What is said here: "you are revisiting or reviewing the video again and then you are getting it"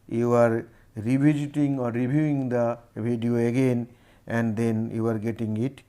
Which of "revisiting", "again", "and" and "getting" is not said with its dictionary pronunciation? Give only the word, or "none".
revisiting